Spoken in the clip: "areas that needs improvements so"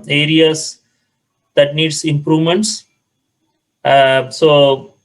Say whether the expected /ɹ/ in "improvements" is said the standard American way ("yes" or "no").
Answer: yes